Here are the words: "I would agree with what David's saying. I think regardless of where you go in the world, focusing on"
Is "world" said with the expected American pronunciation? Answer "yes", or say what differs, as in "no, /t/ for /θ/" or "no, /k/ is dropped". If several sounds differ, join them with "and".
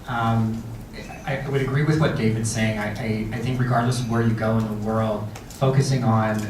yes